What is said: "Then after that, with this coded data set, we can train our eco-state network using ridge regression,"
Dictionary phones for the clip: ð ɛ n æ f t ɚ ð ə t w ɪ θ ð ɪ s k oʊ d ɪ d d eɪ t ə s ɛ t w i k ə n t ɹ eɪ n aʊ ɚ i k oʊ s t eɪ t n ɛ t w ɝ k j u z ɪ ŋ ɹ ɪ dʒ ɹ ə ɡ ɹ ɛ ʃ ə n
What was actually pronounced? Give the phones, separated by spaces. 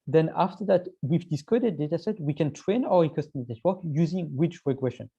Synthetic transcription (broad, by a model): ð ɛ n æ f t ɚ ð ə t w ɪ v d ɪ s k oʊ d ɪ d d eɪ t ə s ɛ t w i k ə n t ɹ eɪ n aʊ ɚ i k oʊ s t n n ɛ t w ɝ k j u z ɪ ŋ w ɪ tʃ ɹ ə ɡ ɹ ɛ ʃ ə n